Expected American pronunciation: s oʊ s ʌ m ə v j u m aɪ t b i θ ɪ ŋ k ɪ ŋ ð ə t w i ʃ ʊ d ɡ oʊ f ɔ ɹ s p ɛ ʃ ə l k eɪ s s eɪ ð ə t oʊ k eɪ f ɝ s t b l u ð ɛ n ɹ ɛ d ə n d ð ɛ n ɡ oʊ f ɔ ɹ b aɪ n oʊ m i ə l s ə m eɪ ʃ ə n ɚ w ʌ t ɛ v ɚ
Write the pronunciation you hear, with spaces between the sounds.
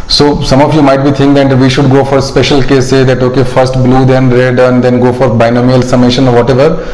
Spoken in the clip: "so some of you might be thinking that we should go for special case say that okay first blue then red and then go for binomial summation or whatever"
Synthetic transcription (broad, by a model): s oʊ s ʌ m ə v j u m aɪ t b i t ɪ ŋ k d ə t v i ʃ ʊ d ɡ oʊ f ɔ ɹ s p ɛ ʃ ə l k eɪ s s eɪ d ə t oʊ k eɪ f ɝ s t b l u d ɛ n ɹ ɛ d ə n d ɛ n ɡ oʊ f ɔ ɹ b aɪ n oʊ m i ə l s ə m eɪ ʃ ə n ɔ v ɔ t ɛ v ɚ